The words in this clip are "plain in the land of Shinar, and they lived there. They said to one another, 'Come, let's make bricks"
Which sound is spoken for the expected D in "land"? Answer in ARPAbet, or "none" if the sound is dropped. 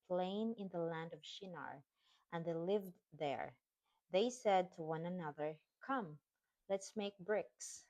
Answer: D